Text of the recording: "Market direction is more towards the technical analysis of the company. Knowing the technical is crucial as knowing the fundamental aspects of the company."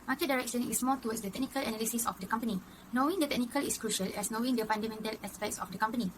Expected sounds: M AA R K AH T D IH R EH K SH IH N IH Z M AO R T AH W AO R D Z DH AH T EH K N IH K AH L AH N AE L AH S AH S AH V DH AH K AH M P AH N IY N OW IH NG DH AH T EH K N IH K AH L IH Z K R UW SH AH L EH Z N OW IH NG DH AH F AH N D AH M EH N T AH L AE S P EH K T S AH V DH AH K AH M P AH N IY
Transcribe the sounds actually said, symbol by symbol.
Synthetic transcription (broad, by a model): M AA K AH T D IH R EH K SH IH N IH S M AO L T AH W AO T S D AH T EH K N IH K AH L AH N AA L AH S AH S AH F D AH K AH M P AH N IY N OW IH NG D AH T EH K N IH K AH L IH S K R UW SH AH L EH S N OW IH NG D AH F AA N D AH M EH N T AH L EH S P EH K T S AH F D AH K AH M P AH N IY